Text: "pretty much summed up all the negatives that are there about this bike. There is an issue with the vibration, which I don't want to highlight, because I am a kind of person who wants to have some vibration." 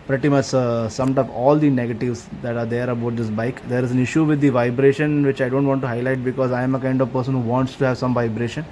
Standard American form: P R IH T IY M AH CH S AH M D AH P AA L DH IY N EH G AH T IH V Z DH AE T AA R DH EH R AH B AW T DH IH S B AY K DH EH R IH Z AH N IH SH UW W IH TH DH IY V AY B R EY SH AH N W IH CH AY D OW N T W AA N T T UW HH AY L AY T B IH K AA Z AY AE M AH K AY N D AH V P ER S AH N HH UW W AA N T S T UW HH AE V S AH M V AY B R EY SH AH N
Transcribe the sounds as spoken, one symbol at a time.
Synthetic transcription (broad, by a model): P R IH T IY M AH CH S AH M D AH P AA L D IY N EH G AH T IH V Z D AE T AA R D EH R AH B AW T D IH S B AY K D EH R IH Z AH N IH SH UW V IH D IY V AY B R EY SH AH N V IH CH AY D OW N T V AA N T T UW HH AY L AY T B IH K AA Z AY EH M AH K AY N D AH V P ER S AH N HH UW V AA N T S T UW HH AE V S AH M V AY B R EY SH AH N